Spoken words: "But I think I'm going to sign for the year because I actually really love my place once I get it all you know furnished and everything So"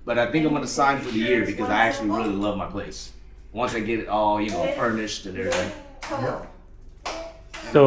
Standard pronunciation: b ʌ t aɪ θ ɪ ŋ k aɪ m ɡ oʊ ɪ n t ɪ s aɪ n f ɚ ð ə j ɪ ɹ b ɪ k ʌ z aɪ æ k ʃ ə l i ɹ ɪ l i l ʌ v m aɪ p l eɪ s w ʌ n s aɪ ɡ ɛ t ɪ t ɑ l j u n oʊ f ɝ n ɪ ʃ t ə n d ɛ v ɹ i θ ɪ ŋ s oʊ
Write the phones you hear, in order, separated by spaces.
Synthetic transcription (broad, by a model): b ʌ t aɪ θ ɪ ŋ k aɪ m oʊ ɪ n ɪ s aɪ n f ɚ ð ə j ɪ ɹ b ɪ k ʌ z aɪ æ k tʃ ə l i ɹ ɪ l i l ʌ v m aɪ p l eɪ s w ʌ n s aɪ ɡ ɛ t ɪ t ɑ l j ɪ n oʊ f ɝ n ɪ ʃ t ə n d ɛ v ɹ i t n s oʊ